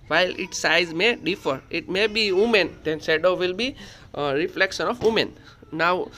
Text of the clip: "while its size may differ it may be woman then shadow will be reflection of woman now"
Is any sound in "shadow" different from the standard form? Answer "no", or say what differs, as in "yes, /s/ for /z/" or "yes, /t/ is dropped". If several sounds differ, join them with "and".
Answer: yes, /s/ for /ʃ/